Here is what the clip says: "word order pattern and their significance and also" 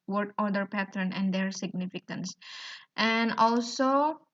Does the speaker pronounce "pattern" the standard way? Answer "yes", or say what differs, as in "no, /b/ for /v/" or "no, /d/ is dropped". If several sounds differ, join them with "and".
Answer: yes